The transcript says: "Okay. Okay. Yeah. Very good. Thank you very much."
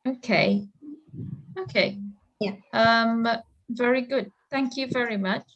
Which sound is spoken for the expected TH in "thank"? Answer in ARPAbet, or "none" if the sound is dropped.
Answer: TH